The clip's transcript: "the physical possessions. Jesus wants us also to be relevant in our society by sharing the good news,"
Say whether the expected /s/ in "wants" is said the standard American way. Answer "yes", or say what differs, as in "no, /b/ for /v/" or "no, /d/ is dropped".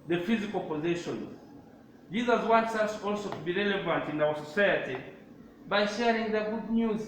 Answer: yes